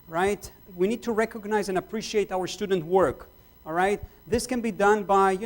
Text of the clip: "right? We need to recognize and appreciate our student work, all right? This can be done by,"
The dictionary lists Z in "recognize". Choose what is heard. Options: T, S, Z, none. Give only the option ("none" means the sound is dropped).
Z